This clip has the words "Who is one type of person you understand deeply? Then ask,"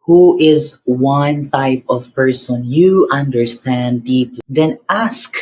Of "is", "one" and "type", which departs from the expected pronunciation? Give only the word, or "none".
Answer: none